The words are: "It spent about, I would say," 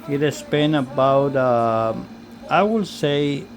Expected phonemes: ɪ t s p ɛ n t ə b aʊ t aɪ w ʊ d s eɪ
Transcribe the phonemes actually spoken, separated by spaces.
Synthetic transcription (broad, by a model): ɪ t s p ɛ n ə b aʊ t aɪ w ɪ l s eɪ